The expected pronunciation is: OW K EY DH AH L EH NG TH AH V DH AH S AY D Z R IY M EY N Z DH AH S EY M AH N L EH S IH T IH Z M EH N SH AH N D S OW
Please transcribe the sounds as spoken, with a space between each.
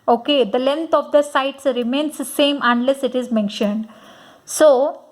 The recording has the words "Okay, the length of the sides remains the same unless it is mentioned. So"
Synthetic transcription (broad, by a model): OW K EY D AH L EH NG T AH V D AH S AY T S R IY M EY N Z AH S EY M AH N L EH S IH T IH Z M EH N SH AH N D S OW